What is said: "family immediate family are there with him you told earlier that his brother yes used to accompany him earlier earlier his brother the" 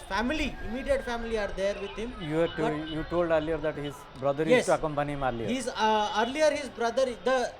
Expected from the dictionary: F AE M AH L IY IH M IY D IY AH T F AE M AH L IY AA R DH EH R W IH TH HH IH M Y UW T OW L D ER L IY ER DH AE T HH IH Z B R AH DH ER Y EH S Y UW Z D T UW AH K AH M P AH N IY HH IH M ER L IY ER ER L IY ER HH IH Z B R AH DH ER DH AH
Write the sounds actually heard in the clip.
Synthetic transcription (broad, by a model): F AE M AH L IY IH M IY D IY AH T F AE M AH L IY AA R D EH R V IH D HH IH M Y UW T OW L D ER L IY ER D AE T HH IH Z B R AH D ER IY Y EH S T UW AH K AH M P AH N IY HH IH M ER L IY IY ER L IY ER HH IH Z B R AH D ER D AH